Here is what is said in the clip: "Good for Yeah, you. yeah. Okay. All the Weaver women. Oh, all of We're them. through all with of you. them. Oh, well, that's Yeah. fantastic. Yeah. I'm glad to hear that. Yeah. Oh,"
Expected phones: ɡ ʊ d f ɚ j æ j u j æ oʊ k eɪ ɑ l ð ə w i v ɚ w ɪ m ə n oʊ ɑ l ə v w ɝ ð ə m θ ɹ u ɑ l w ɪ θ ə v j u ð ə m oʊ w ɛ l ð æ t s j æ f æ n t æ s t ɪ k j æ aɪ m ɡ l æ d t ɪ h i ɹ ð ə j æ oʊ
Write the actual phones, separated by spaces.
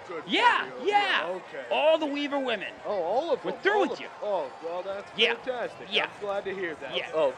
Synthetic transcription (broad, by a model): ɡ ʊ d j æ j j æ oʊ k eɪ ɑ l ð ə w i v ɚ w ɪ m ə n oʊ ɑ l ə v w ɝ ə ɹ θ ɹ u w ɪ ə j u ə oʊ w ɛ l ð æ t s j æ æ n t æ s t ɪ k j æ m ɡ l æ d t ɪ h i ɹ ð ə j æ oʊ